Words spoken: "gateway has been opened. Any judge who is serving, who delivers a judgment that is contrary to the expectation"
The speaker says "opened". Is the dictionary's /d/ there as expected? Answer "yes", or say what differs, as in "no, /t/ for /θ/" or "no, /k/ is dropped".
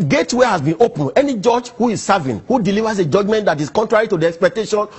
no, /d/ is dropped